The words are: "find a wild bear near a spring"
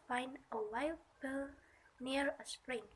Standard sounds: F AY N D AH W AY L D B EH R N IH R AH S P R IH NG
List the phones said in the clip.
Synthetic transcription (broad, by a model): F AY N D AH W AY L D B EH L N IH R AH S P R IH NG